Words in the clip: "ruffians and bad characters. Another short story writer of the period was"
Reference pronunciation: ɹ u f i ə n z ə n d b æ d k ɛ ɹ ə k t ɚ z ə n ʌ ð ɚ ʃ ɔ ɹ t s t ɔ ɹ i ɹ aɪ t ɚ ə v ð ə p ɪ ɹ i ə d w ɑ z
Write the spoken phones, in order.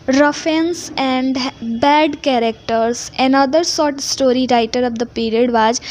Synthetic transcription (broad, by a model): ɹ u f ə n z ə n d b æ d k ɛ ɹ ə k t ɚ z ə n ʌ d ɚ s ɔ ɹ t s t ɔ ɹ i ɹ aɪ t ɚ ə v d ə p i ɹ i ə d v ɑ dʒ